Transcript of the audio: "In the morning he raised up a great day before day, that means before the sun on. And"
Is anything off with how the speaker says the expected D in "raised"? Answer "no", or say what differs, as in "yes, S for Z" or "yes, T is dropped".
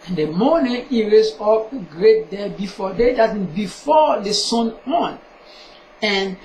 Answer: yes, D is dropped